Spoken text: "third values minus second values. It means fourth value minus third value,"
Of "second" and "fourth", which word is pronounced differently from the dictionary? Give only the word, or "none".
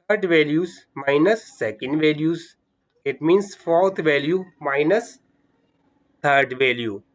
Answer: fourth